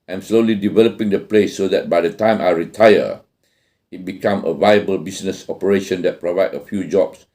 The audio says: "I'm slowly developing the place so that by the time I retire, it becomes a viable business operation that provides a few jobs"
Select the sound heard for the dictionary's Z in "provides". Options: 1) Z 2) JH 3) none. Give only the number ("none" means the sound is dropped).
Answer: 3